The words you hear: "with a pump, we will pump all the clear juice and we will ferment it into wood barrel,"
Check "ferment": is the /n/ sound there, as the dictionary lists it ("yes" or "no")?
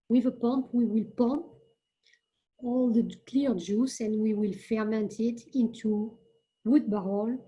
yes